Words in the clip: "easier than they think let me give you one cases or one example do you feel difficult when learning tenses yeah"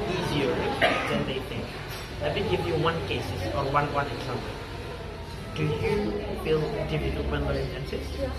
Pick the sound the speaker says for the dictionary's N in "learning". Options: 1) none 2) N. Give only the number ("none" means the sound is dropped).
1